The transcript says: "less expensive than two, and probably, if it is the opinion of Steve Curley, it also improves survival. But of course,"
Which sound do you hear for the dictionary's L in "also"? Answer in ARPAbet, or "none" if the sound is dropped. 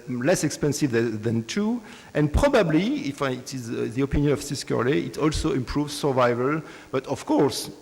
L